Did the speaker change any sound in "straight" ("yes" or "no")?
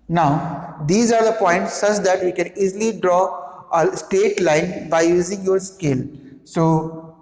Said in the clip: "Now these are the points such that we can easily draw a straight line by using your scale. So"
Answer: yes